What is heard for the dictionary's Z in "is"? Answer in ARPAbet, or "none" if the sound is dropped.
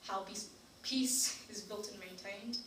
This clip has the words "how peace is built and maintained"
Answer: Z